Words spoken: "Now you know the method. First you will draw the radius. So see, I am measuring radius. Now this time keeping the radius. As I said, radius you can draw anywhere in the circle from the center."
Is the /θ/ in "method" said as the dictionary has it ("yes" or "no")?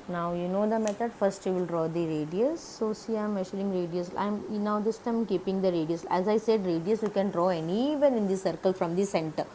no